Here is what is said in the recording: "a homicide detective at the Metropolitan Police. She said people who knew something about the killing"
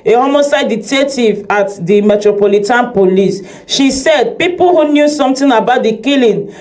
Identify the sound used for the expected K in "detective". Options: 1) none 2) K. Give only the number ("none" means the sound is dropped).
1